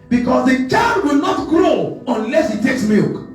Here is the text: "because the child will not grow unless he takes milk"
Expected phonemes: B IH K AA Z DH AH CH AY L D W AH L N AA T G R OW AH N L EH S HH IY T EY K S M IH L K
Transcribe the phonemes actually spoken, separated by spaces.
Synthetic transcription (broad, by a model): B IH K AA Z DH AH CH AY D W AH L N AA T G R OW AH N L EH S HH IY T EY K S M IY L K